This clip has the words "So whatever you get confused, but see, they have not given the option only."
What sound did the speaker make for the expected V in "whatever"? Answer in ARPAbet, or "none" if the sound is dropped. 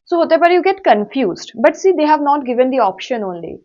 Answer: P